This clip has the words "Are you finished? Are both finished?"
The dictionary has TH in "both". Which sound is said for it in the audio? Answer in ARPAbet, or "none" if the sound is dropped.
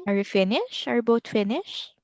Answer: T